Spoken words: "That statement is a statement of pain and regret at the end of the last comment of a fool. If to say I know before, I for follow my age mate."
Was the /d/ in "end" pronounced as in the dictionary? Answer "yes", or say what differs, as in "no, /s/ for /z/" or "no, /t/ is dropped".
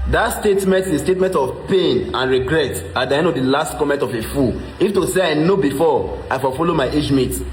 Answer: no, /d/ is dropped